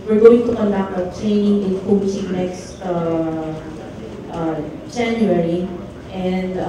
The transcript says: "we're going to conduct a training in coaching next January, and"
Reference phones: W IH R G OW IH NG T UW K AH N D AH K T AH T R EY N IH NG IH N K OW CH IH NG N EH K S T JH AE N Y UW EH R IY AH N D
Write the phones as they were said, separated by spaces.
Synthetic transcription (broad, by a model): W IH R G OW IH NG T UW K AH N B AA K AH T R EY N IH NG IH N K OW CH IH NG N EH K S T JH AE N Y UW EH R IY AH N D